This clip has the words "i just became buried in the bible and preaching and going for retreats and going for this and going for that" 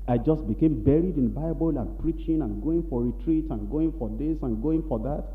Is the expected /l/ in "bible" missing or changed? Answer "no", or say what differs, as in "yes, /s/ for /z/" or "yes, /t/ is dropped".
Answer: no